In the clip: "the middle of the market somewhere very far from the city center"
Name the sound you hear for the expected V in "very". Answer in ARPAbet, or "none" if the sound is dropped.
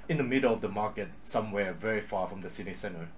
V